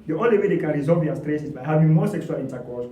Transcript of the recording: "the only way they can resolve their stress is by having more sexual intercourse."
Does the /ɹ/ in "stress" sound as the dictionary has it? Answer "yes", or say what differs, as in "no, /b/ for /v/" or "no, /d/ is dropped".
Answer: yes